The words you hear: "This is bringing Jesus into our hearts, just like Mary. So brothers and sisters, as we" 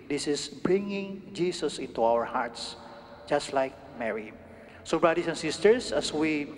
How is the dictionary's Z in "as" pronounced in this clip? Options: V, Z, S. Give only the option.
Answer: S